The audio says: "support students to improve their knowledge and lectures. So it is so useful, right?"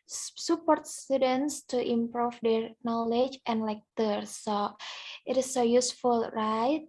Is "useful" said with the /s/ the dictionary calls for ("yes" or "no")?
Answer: yes